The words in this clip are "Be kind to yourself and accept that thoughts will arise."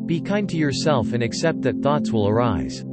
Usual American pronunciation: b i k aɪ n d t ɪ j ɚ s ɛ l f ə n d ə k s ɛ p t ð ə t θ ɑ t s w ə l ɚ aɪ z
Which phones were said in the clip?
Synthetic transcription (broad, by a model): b i k aɪ n t ɪ j ɚ s ɛ l f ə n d ə k s ɛ p t ð ə t θ ɑ t s w ə l ɚ aɪ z